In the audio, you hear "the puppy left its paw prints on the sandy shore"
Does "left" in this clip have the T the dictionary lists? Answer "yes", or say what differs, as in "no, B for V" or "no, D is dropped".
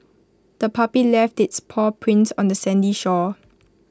yes